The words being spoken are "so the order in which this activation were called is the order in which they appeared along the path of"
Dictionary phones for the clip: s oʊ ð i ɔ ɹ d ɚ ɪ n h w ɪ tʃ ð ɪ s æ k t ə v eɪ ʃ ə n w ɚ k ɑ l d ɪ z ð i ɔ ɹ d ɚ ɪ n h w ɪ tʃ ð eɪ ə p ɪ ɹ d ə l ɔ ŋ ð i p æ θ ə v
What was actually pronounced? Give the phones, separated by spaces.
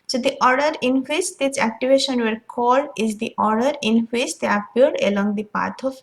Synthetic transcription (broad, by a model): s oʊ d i ɔ ɹ d ɚ ɪ n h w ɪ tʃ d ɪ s æ k t ə v eɪ ʃ ə n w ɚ k ɑ l d ɪ z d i ɔ ɹ d ɚ ɪ n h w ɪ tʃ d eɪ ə p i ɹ d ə l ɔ ŋ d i p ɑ t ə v